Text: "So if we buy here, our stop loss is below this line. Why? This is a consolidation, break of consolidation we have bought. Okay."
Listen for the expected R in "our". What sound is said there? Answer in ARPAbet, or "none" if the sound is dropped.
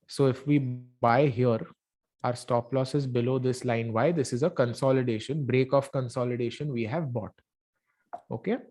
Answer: R